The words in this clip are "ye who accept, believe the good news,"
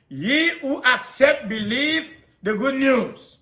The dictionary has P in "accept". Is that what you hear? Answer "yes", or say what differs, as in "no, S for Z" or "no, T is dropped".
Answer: yes